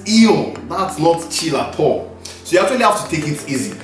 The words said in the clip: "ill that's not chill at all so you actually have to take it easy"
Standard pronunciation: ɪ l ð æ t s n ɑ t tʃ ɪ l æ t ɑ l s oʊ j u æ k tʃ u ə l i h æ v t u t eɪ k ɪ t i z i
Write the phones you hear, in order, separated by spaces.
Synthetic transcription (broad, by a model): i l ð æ t s n ɑ t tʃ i l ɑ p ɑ s oʊ j u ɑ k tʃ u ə l i h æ f t u t eɪ k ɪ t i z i